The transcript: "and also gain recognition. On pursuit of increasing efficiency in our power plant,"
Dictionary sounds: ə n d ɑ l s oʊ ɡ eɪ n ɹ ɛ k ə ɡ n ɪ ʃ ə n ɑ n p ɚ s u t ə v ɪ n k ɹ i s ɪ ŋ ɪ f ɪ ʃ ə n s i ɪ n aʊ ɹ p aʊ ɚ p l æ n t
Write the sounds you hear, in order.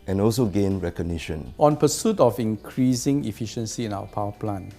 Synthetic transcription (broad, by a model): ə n ɑ l s oʊ ɡ eɪ n ɹ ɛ k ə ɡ n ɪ ʃ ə n ɑ n p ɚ s u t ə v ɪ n k ɹ i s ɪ ŋ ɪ f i ʃ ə n s i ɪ n aʊ w p aʊ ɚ p l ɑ n